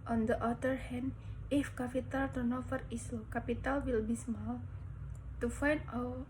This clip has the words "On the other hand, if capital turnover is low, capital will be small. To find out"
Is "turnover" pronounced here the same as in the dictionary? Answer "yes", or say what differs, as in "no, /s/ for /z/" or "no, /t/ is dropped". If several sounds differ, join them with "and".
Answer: no, /f/ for /v/